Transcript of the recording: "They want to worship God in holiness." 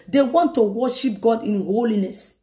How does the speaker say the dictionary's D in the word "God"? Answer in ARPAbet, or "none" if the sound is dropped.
D